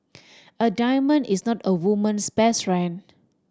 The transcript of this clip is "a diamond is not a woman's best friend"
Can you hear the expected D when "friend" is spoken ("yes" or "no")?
no